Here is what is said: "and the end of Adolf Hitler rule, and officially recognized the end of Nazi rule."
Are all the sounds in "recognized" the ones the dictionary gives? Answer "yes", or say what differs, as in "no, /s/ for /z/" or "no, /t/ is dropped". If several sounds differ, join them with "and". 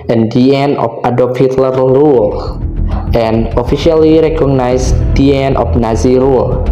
no, /s/ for /z/